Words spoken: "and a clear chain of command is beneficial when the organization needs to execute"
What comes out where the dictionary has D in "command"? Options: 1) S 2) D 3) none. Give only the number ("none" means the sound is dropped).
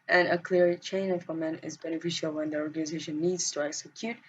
3